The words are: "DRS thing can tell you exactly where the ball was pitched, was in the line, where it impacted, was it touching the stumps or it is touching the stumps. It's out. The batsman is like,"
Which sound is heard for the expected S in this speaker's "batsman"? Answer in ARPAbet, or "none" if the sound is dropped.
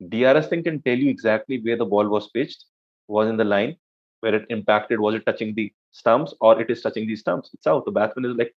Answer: none